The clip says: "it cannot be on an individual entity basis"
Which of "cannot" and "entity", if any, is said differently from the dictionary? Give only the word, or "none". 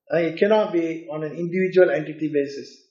none